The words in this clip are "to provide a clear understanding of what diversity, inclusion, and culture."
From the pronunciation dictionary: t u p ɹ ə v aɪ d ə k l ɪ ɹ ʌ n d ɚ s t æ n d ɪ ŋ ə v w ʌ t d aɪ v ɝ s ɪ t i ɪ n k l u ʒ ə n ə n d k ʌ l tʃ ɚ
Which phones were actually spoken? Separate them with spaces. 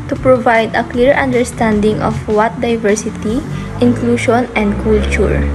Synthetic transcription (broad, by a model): t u p ɹ ə v aɪ d ə k l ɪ ɹ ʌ n d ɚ s t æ n d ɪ ŋ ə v w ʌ t d aɪ v ɝ s ɪ t i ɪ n k l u ʃ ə n ə n d k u l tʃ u